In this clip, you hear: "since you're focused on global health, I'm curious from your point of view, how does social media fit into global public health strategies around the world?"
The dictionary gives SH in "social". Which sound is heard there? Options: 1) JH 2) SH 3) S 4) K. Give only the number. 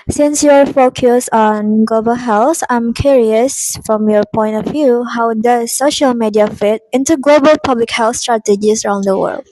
2